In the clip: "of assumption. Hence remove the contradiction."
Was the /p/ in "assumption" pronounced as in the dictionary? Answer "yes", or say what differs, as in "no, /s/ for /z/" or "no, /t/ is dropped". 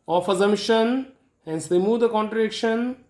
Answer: no, /p/ is dropped